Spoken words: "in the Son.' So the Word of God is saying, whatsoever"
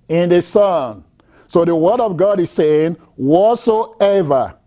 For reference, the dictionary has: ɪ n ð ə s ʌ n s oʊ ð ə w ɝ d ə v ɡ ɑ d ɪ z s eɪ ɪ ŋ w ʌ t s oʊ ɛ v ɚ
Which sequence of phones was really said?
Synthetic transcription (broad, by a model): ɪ n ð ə s ʌ n s oʊ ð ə w ɝ d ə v ɡ ɑ d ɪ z s eɪ ɪ ŋ w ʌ t s oʊ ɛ v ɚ